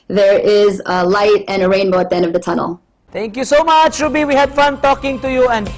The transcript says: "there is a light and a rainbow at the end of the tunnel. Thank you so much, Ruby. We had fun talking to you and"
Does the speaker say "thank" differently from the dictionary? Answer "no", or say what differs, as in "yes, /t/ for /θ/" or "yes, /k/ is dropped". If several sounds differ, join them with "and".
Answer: yes, /t/ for /θ/